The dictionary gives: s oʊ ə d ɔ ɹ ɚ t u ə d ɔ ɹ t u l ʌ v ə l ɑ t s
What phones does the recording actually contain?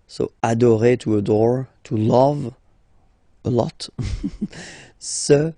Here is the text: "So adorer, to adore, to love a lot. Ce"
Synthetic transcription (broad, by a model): s oʊ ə d ɔ ɹ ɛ t u ə d ɔ ɹ t u l ʌ v ə l ɑ t s